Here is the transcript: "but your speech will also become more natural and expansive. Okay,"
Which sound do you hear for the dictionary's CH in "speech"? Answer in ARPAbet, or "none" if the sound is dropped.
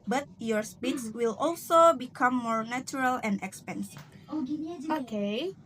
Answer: S